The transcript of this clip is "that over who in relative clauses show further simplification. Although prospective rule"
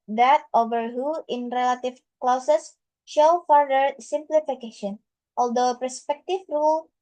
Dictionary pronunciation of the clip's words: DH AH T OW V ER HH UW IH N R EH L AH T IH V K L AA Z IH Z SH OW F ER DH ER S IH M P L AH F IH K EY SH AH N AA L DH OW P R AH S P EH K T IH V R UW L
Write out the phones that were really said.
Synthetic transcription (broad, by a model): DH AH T OW V ER HH UW IH N R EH L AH T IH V K L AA S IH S SH OW F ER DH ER S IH M P L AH F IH K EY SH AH N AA L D OW P AH S P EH K T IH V R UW L